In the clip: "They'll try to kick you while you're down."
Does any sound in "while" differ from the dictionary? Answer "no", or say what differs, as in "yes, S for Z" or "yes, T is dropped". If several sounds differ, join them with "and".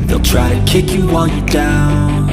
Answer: yes, N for L